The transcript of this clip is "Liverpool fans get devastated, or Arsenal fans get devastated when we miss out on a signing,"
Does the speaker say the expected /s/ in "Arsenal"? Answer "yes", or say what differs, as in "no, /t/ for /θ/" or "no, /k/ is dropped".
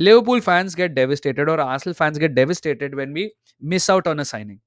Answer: no, /s/ is dropped